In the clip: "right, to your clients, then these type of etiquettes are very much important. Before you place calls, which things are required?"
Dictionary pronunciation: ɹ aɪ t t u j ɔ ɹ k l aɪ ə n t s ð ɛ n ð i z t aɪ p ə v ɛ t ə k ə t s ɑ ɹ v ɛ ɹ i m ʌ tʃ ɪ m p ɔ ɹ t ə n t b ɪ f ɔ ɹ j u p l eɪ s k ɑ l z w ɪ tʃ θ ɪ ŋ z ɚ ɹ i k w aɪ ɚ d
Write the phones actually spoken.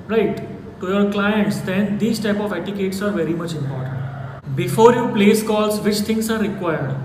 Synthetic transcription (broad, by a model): ɹ aɪ t t u j ɔ ɹ k l aɪ ə n t s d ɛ n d i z t aɪ p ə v ɛ t ə k ə t s ɑ ɹ v ɛ ɹ i m ʌ tʃ ɪ m p ɔ ɹ t ə n t b ɪ f ɔ ɹ j u p l eɪ s k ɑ l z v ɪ tʃ t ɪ ŋ s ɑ ɹ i k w aɪ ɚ d